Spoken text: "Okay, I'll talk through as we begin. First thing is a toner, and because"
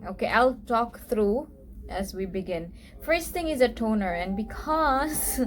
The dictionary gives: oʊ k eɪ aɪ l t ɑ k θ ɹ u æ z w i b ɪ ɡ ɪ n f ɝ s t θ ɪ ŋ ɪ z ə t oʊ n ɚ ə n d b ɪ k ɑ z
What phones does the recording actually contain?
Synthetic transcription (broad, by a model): oʊ k eɪ aɪ l t ɑ k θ ɹ u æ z w i b ɪ ɡ ɪ n f ɝ s t t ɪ ŋ ɪ z ə t oʊ n ɚ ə n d b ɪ k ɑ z